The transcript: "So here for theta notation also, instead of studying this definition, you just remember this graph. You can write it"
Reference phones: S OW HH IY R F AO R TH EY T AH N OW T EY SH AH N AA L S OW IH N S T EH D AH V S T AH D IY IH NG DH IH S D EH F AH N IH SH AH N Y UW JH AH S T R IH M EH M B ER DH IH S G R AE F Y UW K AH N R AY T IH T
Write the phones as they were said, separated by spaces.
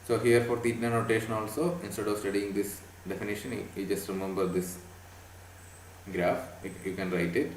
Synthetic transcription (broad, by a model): S OW HH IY R F AO R T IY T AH N OW T EY SH AH N AA L S OW IH N S T EH D AH V S T AH D IY IH NG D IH S D EH F AH N IH SH AH N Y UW JH AH S T R IH M EH M B ER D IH S G R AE F Y UW K AH N R AY T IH T